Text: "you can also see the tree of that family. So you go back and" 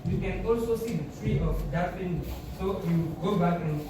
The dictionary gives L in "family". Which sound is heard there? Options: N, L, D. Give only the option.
N